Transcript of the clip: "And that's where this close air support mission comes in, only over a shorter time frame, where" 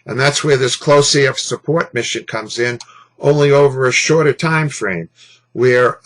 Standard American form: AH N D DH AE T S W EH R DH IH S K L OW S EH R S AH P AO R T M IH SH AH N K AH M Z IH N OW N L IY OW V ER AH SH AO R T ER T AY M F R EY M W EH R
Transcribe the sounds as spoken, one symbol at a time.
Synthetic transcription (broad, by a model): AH N DH AE T S W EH R DH IH S K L OW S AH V S AH P AO R T M IH SH AH N K AH M Z IH N OW N L IY OW V ER AH SH AO R T ER T AY M F R EY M W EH R